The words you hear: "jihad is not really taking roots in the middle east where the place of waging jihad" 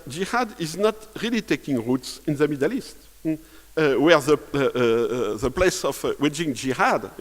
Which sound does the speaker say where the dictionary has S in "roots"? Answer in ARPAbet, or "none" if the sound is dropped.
S